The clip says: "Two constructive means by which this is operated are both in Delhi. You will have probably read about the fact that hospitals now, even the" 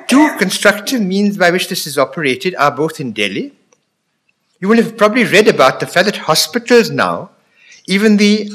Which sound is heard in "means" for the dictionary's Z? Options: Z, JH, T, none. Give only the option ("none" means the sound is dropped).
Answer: Z